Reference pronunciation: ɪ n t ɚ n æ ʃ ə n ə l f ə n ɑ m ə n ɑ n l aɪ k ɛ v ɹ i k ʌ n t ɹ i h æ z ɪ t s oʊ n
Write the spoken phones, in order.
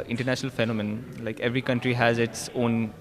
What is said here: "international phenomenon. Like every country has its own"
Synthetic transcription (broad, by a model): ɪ n t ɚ n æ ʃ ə n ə l f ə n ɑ m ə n n l aɪ k ɛ v ɹ i k ʌ n t ɹ i h æ z ɪ t s oʊ n